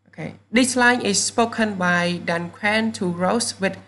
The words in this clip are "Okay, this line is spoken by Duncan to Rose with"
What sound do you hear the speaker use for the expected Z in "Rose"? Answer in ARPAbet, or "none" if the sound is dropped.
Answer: S